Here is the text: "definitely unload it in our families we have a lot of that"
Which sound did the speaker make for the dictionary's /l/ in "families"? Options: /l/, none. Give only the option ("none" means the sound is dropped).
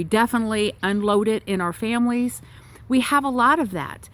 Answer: /l/